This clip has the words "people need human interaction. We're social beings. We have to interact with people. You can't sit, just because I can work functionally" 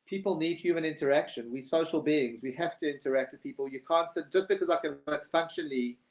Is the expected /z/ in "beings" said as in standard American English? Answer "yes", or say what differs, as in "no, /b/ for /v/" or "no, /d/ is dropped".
yes